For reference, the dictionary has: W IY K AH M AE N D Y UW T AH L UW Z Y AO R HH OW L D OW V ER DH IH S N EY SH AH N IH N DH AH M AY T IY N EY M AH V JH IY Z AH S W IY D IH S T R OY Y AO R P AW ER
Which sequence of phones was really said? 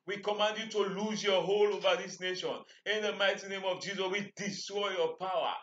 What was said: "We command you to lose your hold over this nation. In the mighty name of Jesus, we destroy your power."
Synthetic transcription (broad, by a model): W IY K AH M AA N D Y UW T AH L UW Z Y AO HH OW L OW V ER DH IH S N EY SH AH N IH N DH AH M AY T IY N EY M AH V JH IY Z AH S W IY D IH S T R OY Y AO P AW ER